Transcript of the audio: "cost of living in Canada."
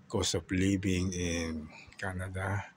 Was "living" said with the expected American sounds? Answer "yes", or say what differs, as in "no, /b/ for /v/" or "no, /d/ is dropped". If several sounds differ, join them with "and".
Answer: no, /b/ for /v/